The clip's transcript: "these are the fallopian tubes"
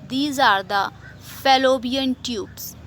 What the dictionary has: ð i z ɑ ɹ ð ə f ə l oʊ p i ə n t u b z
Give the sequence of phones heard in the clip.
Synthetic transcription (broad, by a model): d i z ɑ ɹ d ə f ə l oʊ b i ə n t u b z